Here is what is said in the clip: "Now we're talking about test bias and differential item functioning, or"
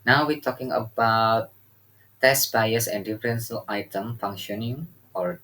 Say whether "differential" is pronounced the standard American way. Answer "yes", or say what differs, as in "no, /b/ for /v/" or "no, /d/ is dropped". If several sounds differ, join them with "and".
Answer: no, /s/ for /ʃ/